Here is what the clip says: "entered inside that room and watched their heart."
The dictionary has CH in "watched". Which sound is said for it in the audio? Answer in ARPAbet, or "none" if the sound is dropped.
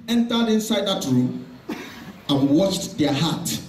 CH